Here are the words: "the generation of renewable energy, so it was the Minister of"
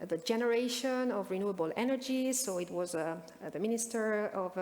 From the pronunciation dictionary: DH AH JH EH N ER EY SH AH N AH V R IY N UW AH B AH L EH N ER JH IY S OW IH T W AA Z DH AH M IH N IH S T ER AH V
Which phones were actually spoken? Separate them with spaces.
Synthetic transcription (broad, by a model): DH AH JH EH N ER EY SH AH N AH V R IY N UW AH B AH L EH N ER JH IY S OW IH T W AA Z DH AH M IH N IH S T ER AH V